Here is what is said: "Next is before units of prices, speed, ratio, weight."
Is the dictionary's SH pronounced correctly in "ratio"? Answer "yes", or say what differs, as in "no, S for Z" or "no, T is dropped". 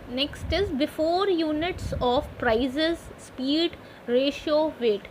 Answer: yes